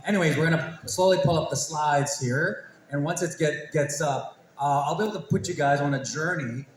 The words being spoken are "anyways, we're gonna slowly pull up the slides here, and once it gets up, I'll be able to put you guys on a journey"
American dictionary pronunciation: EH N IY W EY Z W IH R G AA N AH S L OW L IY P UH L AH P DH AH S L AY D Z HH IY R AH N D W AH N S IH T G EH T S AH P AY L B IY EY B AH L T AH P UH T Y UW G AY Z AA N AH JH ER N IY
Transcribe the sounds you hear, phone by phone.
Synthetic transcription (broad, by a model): EH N IY W EY Z W IH R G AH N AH S L OW L IY P UH L AH P DH AH S L AY D Z HH IY R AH N W AH N S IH T G EH T S AH P AY L B IY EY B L T AH P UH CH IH G AY Z N AH JH ER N IY